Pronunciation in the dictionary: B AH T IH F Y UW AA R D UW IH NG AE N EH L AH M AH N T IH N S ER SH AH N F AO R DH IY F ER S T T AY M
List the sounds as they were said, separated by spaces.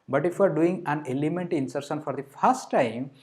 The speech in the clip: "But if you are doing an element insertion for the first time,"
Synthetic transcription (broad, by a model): B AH T IH F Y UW AA R D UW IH NG AE N EH L AH M AH N T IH N S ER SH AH N F AO R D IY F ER S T T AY M